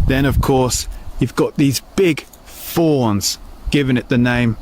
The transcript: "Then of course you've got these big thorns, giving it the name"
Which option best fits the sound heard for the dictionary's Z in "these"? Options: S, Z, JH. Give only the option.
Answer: Z